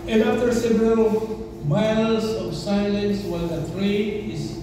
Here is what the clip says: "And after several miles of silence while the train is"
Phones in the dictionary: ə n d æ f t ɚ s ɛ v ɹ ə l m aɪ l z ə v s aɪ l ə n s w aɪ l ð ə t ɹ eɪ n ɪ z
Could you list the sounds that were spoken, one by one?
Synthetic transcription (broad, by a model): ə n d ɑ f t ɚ s ɛ v ɹ ə l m aɪ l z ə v s aɪ l ə n s w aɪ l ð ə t ɹ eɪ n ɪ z